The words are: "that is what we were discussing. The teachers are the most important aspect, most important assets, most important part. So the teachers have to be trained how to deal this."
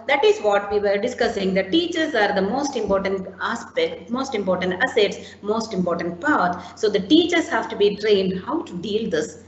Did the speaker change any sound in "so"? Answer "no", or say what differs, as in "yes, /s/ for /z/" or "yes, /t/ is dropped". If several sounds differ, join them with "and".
no